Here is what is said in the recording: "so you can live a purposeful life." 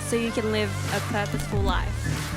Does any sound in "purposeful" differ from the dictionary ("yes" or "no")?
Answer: no